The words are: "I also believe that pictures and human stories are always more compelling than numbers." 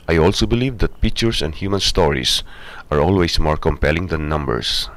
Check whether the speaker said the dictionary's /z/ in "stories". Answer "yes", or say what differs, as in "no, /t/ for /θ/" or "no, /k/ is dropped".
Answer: no, /s/ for /z/